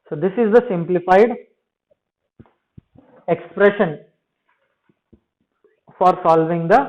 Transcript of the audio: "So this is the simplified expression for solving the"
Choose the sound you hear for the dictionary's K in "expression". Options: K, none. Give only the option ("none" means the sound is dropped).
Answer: K